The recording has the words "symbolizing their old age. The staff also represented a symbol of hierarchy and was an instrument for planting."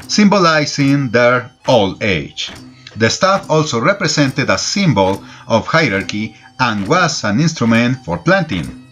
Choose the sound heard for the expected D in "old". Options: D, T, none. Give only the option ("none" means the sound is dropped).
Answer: none